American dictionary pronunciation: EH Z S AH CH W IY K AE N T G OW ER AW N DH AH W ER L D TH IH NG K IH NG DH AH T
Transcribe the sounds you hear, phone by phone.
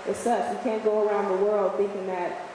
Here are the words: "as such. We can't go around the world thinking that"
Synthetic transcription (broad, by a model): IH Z S AH CH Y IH K AE N G OW ER AW N DH AH W ER L D TH IH NG K IH NG DH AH T